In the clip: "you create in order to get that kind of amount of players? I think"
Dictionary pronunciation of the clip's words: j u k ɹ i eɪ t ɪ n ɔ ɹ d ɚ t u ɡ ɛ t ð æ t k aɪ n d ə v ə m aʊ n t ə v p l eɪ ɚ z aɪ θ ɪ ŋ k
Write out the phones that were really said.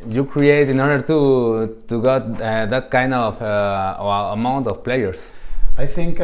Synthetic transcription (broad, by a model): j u k ɹ i eɪ t ɪ n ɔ ɹ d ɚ t u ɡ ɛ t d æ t k aɪ n d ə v ə m aʊ n t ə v p l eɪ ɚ s aɪ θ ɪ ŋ k